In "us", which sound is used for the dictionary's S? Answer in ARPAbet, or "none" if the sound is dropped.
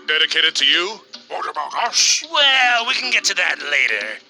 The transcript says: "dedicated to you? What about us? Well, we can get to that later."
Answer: SH